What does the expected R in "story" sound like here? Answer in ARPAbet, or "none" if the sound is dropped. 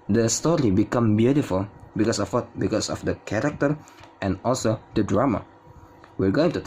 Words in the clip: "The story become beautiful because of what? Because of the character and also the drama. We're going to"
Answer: R